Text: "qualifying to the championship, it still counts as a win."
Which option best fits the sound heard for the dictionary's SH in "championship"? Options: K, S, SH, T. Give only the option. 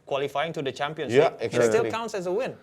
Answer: S